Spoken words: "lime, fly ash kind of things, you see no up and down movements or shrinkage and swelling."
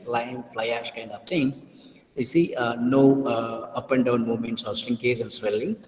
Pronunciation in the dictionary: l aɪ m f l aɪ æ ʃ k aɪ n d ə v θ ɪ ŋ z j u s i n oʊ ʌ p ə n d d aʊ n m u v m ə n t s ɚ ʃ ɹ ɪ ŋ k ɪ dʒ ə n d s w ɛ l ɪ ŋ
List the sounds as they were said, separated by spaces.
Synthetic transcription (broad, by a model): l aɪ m f l aɪ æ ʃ k aɪ n d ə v t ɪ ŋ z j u s i n oʊ ʌ p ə n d d aʊ n m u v m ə n t s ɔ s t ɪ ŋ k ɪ z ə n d s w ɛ l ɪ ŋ